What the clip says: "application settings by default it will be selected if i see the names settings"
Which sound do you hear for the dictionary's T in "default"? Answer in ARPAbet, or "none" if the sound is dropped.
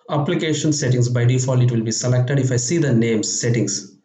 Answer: none